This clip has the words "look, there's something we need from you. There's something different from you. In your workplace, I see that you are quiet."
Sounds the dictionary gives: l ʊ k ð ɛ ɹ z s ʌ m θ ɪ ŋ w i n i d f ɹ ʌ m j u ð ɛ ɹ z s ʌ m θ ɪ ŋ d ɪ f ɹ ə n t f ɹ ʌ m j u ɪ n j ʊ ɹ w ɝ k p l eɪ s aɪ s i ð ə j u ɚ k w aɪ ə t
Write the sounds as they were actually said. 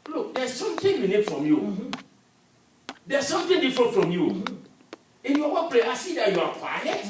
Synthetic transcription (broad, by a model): l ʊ k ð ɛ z s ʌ m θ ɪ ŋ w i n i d f ɹ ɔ m j u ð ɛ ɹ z s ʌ m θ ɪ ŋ d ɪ f ɹ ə n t f ɹ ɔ m j u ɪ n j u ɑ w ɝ p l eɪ aɪ s i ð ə j u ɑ k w aɪ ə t